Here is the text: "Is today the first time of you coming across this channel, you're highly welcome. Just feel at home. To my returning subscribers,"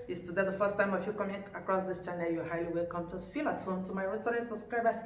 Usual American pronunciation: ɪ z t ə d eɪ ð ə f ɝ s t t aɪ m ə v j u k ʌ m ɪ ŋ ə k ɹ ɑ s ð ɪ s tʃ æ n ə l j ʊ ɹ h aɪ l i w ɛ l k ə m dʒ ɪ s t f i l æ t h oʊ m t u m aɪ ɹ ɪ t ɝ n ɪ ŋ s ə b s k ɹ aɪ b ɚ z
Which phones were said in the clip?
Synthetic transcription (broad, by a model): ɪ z t ə d eɪ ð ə f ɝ s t t aɪ m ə f j u k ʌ m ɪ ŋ ə k ɹ ɑ s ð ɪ s tʃ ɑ n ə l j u h aɪ l i w ɛ l k ə m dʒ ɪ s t f i l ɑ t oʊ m t u m aɪ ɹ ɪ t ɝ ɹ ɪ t s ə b s k ɹ aɪ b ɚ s